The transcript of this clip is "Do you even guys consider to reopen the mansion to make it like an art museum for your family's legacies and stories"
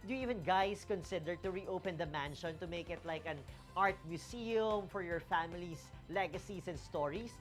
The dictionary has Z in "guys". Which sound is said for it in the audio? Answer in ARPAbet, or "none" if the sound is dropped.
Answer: S